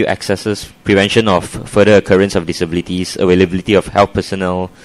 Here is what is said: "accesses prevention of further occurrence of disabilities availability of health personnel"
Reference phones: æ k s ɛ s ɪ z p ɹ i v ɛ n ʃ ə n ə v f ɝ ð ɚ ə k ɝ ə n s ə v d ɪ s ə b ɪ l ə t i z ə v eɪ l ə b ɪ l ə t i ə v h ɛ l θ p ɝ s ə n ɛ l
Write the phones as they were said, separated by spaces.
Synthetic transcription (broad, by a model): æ k s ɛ s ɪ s p ɹ i v ɛ n ʃ ə n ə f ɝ ɚ ə k ɝ ə n s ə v d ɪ s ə b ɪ l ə t i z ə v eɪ l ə b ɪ l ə t i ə f h ɛ l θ p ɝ s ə n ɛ l